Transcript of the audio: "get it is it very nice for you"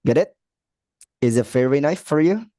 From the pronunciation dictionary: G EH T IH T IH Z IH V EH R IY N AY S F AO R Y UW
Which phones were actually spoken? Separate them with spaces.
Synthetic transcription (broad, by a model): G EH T IH T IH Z IH F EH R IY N AY F AO R Y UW